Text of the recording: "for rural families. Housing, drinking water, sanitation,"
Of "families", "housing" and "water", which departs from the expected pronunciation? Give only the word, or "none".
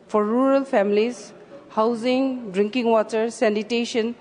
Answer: families